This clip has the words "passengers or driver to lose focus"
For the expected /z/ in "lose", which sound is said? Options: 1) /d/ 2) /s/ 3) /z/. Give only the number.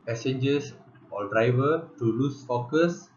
2